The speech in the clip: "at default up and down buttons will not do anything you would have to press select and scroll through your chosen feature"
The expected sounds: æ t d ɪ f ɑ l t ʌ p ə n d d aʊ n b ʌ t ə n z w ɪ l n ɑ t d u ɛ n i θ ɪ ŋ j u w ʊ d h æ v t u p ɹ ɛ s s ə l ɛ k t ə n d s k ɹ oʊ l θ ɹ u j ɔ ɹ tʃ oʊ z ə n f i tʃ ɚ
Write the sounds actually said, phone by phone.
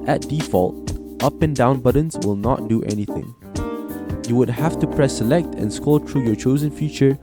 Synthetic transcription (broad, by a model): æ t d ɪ f ɑ l t ʌ p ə n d d aʊ n b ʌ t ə n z w ɪ l n ɑ t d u ɛ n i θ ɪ ŋ j u w ʊ d h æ f t u p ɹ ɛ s s ə l ɛ k t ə n s k oʊ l t ɹ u j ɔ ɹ tʃ oʊ z ə n f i tʃ ɚ